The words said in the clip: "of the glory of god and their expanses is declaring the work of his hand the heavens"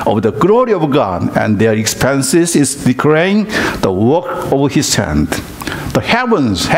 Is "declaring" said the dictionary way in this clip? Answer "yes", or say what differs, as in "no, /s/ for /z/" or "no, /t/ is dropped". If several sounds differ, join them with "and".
no, /ɹ/ is dropped